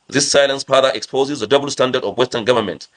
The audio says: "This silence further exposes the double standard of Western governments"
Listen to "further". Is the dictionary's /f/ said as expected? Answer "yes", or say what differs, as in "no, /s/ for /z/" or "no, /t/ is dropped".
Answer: no, /p/ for /f/